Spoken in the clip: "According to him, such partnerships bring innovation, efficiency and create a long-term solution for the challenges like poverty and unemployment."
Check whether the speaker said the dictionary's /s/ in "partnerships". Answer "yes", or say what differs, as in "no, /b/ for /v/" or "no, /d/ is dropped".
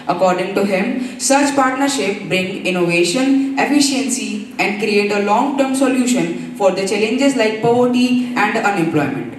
no, /s/ is dropped